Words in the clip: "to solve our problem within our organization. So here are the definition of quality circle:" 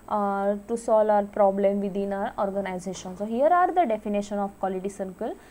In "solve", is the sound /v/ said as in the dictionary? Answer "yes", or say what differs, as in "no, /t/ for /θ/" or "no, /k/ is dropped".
no, /v/ is dropped